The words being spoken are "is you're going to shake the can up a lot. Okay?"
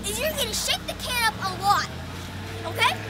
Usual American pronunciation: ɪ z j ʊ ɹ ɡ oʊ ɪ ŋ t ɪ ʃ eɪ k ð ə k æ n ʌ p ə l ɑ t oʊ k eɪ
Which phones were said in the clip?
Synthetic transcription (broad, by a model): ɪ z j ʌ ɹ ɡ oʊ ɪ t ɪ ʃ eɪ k ð ə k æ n ʌ p ə w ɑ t oʊ k eɪ